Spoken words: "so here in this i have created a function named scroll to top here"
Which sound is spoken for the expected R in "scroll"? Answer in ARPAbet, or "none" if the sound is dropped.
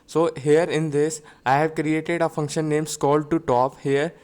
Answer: none